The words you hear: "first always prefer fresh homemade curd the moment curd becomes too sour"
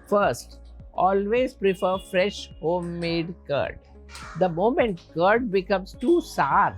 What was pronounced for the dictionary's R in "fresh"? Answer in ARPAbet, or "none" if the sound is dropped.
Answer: R